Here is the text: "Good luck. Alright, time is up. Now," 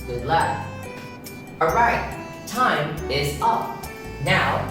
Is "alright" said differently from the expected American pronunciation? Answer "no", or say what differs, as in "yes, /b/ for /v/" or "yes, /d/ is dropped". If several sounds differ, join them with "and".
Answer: yes, /l/ is dropped